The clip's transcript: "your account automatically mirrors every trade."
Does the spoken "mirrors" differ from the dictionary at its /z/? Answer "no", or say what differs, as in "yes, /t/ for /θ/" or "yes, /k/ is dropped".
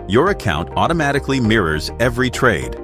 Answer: no